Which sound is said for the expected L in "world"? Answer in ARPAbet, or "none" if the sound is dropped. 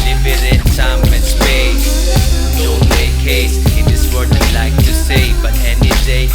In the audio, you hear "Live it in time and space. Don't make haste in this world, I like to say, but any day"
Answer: none